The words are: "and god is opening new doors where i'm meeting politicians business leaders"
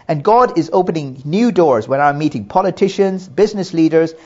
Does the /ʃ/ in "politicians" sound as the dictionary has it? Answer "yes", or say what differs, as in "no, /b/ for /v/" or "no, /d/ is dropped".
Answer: yes